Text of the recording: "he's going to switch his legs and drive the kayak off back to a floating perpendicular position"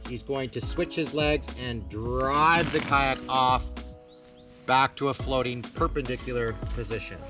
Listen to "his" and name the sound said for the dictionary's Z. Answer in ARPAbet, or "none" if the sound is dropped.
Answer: Z